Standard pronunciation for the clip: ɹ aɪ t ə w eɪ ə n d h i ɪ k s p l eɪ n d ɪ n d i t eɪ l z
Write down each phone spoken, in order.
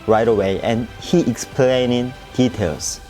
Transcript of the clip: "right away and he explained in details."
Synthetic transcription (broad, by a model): ɹ aɪ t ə w eɪ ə n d h i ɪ k s p l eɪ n ɪ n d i t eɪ l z